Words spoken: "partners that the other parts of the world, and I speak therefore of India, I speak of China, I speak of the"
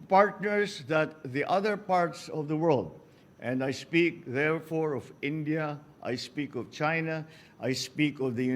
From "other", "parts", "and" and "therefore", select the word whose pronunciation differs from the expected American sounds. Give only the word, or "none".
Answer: none